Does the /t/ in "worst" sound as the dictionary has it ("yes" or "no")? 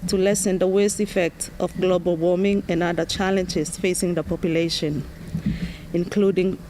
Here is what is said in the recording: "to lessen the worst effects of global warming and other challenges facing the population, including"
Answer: yes